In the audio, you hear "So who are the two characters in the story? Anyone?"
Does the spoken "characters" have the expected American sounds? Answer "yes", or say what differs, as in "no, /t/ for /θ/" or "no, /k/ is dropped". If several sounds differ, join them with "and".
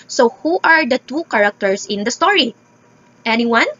no, /s/ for /z/